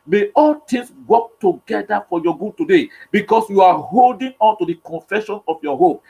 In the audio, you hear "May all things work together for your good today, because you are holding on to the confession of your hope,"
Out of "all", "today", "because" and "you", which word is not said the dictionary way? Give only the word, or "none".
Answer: because